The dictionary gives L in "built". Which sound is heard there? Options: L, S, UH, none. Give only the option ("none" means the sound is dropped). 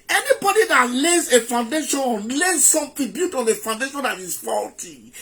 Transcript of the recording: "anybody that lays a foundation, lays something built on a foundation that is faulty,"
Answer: none